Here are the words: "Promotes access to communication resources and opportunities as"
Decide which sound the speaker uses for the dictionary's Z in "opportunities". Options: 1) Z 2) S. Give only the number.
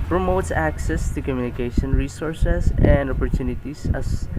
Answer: 2